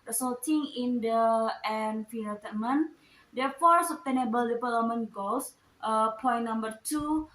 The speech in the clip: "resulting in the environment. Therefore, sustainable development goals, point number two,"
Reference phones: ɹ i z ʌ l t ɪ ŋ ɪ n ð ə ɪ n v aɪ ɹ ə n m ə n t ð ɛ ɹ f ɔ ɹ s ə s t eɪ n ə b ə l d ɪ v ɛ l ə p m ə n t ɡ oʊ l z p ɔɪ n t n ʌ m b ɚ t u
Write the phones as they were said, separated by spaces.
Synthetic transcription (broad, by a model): ɹ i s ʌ l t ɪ ŋ ɪ n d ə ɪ n f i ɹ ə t m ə n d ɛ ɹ f ɔ ɹ s ə s t eɪ n ə b ə l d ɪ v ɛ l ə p m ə n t ɡ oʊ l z p ɔɪ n n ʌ m b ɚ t u